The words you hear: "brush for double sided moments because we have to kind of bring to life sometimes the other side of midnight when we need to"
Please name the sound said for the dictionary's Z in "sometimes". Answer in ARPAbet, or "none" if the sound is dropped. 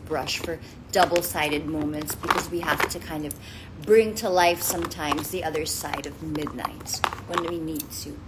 Z